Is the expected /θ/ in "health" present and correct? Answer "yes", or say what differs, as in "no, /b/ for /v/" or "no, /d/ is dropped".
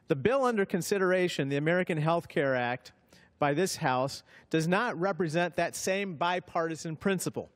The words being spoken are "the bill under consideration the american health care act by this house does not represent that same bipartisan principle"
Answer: yes